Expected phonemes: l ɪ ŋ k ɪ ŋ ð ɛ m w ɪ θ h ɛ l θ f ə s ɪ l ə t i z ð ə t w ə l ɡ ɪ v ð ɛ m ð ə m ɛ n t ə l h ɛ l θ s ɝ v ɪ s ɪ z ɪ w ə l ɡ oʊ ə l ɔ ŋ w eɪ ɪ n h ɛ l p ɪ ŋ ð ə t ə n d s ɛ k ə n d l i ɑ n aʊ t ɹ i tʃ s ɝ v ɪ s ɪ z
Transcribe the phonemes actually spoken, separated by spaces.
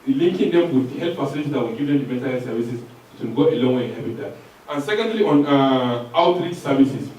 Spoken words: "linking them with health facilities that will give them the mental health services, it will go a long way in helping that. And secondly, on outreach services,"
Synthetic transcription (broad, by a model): l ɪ ŋ k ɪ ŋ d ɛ m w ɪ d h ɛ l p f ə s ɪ n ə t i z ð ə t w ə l ɡ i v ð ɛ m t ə m ɛ n t ə l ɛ s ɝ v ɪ s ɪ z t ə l ɡ oʊ ə l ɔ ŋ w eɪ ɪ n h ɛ p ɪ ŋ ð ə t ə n s ɛ k ə n d l i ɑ n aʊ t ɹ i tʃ s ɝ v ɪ s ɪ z